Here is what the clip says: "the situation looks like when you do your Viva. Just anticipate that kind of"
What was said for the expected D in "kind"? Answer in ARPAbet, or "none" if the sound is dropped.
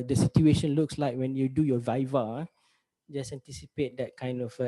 D